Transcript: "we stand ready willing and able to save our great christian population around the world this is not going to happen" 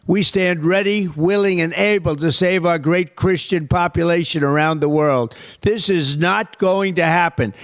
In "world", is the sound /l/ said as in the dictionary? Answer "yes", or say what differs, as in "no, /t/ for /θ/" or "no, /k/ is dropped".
yes